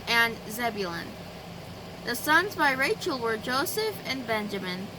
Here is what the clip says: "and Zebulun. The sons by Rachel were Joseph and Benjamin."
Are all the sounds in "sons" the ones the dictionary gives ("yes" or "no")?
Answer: yes